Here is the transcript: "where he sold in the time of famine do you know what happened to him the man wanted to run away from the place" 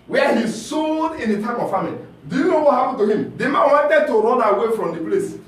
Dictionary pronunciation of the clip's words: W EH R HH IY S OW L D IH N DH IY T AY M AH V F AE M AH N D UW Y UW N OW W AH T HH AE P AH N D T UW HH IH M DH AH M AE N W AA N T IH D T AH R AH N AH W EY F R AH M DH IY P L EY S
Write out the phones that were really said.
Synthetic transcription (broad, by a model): W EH HH IY S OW D IH N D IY T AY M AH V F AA M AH L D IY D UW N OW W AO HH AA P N T UW HH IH M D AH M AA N W AA N T IH D T AH R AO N AH W EY F R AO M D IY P L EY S